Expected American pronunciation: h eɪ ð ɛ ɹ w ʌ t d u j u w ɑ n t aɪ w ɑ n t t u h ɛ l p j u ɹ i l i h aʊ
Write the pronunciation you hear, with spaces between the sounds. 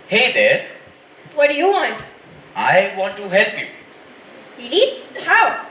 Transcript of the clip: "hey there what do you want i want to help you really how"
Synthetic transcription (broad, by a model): h eɪ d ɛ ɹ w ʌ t d u j u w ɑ n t aɪ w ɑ n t t u h ɛ l p j u l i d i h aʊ